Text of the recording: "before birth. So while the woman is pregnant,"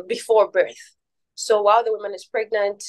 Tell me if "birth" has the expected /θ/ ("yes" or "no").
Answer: yes